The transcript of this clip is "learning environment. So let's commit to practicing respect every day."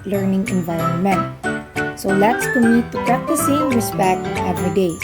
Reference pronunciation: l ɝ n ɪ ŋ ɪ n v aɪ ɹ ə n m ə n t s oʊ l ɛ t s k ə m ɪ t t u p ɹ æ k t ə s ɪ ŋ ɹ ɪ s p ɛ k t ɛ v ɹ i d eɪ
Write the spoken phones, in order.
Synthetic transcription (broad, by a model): l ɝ n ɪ ŋ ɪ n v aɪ l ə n m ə n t s oʊ l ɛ t s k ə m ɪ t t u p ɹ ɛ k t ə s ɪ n ɹ ɪ s p ɛ k t ɛ v ɹ i d eɪ